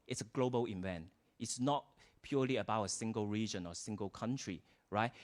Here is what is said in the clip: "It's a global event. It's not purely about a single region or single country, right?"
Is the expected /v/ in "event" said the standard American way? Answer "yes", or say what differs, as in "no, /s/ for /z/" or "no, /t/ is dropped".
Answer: yes